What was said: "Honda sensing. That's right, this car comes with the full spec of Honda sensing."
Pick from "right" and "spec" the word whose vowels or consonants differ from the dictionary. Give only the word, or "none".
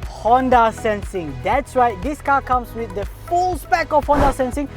right